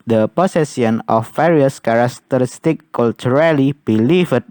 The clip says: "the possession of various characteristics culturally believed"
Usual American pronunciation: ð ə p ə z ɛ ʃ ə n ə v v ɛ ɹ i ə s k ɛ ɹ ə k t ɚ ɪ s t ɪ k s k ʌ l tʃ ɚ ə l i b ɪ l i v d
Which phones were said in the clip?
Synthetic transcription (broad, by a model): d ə p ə s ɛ s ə n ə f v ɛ ɹ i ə s k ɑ ɹ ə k t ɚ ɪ s t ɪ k k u l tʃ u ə l i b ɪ l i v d